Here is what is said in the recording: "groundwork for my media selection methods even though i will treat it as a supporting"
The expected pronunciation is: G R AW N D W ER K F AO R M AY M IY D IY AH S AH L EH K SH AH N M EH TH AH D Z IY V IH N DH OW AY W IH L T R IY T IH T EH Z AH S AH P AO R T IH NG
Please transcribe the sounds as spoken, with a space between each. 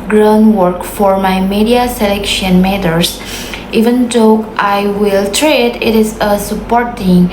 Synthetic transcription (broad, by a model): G R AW N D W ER K F AO R M AY M IY D IY AH S AH L EH K SH AH N M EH T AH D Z IY V IH N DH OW AY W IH L T R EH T IH T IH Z AH S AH P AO R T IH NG